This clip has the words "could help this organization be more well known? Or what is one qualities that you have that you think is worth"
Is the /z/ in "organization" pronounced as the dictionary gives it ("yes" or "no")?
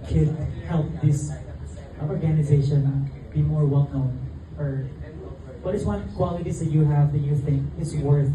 yes